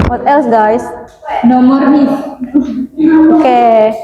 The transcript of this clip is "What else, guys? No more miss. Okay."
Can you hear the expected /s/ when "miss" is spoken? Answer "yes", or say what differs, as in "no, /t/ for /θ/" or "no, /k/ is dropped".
no, /s/ is dropped